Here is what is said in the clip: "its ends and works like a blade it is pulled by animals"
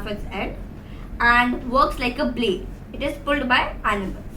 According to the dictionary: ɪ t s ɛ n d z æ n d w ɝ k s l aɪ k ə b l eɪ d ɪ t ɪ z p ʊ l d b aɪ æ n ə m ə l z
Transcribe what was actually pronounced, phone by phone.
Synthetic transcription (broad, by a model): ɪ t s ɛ d æ n d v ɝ k s l aɪ k ə b l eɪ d ɪ t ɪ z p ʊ l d b aɪ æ n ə m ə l